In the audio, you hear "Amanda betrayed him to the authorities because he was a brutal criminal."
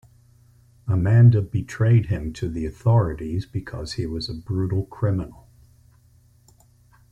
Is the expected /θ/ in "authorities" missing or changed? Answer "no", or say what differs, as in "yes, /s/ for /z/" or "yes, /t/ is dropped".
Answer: no